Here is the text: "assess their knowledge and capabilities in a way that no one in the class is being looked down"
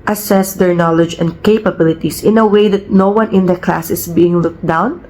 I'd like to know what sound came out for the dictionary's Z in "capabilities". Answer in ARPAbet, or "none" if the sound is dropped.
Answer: S